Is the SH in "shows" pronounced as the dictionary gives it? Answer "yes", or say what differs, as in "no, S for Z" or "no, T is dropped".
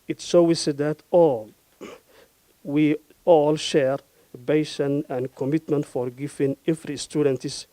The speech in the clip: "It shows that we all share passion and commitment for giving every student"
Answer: no, S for SH